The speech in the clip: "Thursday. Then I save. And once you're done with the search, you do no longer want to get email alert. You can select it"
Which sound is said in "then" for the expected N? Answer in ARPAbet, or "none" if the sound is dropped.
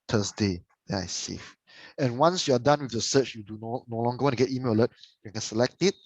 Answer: none